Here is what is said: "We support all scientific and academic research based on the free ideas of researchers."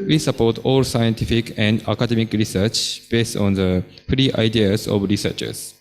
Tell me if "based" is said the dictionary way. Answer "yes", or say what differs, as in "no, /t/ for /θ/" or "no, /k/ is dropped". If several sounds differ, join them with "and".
yes